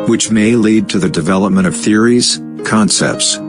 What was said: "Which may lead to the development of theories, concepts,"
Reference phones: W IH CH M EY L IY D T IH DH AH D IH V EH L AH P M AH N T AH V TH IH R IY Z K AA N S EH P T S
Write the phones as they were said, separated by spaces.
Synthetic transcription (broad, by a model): W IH CH M EY L IY D T IH DH AH D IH V EH L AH P M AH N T AH V TH IH R IY Z K AA N S EH P T S